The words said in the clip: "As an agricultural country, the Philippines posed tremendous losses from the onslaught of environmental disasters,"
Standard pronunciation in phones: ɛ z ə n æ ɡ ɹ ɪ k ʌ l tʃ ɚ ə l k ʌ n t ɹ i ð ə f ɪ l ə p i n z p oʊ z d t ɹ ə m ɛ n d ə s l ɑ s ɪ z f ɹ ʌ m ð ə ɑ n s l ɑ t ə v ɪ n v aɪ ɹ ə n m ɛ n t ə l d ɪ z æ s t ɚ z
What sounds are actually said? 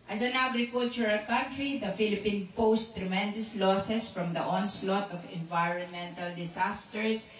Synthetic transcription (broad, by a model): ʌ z ə n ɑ ɡ ɹ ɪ k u l tʃ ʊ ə l k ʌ n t ɹ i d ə f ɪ l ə p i n p oʊ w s t ɹ ə m ɛ n d ə s l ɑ s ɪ s f ɹ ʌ m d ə ɑ n s l ɑ t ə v ɪ n v aɪ ɹ ə n m ɛ n t ə l d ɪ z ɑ s t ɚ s